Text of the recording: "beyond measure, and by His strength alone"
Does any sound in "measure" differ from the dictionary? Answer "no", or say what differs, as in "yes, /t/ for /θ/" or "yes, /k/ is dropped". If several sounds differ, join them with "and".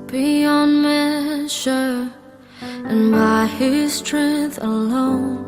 yes, /ʃ/ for /ʒ/